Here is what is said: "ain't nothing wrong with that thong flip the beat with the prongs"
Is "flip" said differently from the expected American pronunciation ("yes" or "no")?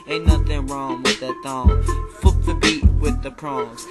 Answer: yes